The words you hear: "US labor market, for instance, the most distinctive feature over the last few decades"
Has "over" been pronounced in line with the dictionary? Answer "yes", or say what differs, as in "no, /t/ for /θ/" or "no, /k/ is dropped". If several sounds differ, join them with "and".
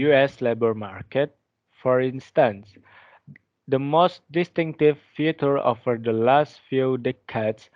no, /f/ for /v/